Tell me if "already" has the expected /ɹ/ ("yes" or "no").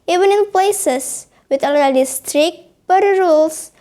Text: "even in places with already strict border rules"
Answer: no